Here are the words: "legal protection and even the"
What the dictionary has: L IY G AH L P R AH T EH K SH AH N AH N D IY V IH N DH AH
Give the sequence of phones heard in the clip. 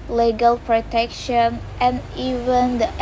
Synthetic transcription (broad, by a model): L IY G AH L P R AH T EH K SH AH N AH N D IY V IH N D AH